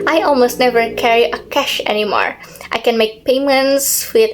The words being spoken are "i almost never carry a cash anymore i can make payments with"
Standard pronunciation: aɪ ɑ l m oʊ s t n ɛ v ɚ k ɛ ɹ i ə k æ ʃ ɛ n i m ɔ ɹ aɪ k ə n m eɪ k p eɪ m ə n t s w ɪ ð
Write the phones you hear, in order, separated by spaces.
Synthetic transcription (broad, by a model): aɪ ɑ l m oʊ s t n ɛ v ɚ k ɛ ɹ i ə k æ ʃ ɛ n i m ɔ ɹ aɪ k ə n m eɪ k p eɪ m ə n t s w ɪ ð